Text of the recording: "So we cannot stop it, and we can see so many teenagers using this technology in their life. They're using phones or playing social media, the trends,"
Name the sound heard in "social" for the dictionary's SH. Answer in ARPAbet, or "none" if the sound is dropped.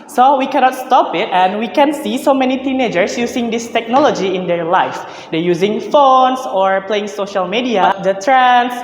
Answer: SH